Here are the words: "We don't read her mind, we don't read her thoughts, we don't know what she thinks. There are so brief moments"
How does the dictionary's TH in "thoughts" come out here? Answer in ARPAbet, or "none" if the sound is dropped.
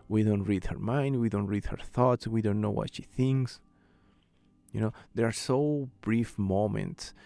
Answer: TH